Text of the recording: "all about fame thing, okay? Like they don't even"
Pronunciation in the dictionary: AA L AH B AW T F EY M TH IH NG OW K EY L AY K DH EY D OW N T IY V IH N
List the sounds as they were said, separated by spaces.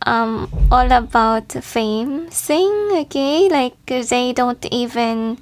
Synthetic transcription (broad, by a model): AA L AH B AW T F EY M S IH NG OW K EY L AY K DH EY D OW N T IY V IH N